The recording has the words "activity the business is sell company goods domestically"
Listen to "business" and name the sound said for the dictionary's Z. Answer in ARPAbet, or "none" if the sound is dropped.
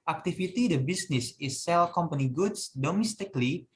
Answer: S